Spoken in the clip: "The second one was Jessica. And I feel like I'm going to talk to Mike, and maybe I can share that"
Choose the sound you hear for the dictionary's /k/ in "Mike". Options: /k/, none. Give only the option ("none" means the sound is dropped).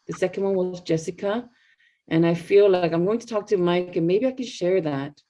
/k/